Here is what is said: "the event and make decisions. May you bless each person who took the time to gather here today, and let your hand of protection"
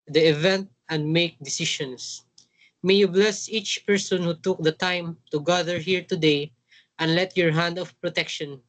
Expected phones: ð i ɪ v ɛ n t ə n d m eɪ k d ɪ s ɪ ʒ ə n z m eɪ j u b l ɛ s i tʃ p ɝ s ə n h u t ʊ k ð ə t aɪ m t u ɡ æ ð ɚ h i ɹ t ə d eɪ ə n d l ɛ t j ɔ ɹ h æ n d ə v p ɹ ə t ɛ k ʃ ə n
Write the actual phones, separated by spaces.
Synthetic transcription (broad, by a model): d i ɪ v ɛ n t ə n d m eɪ k d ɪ s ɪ ʃ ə n s m eɪ j u b l ɛ s i tʃ p ɝ s ə n h u t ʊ k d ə t aɪ m t u ɡ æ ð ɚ h i ɹ t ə d eɪ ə n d l ɛ t j ɔ ɹ h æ n d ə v p ɹ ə t ɛ k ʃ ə n